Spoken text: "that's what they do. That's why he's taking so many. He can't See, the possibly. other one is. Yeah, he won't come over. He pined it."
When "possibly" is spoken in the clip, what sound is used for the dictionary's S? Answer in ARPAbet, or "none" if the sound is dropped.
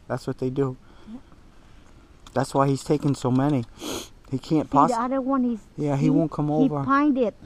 none